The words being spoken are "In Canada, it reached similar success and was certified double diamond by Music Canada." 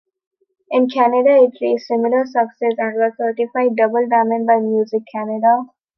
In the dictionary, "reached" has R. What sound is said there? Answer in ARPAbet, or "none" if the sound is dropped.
L